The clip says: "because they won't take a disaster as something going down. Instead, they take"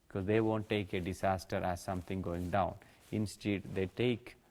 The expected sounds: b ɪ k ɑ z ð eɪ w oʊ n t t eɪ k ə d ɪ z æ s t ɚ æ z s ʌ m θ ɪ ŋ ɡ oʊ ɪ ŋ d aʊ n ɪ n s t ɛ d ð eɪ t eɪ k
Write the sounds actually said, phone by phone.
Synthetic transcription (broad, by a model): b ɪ k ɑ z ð eɪ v oʊ n t t eɪ k ə d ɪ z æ s t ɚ æ z s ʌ m t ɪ ŋ ɡ oʊ ɪ ŋ d aʊ n ɪ n s t ɛ d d eɪ t eɪ k